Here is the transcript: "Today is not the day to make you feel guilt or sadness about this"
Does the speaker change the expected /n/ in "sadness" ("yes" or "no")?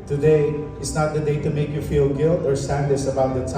yes